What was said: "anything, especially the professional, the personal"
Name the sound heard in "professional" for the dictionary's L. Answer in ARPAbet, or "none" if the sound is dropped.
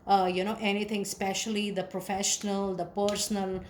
L